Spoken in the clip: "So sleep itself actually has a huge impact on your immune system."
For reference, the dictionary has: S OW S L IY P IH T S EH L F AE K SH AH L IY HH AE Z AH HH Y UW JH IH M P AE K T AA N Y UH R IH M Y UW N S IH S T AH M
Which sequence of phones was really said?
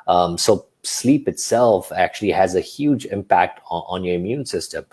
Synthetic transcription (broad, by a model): S OW S L IY P IH T S EH L F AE K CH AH L IY HH AE Z AH HH Y UW JH IH M P AE K T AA N Y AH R IH M Y UW N S IH S T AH M